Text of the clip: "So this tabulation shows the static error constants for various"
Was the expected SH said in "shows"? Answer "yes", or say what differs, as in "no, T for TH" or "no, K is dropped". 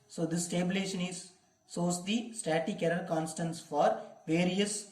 no, S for SH